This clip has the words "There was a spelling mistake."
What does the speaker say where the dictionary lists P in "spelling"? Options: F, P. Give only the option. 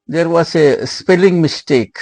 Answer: P